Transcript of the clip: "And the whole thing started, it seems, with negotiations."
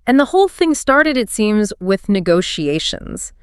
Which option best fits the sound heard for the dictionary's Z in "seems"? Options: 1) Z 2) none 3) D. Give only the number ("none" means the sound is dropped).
1